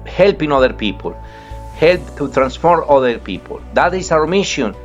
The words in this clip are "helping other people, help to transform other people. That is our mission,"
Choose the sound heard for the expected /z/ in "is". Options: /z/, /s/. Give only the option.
/s/